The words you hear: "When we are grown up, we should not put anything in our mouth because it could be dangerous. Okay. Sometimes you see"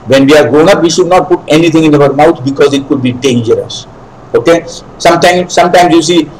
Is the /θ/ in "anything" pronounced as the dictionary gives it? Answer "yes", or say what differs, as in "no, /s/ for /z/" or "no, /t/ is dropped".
no, /t/ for /θ/